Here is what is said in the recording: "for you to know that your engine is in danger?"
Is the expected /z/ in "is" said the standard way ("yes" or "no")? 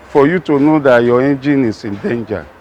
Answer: no